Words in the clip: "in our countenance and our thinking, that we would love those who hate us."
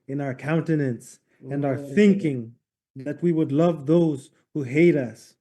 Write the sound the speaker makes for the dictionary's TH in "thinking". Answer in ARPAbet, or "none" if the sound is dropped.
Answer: TH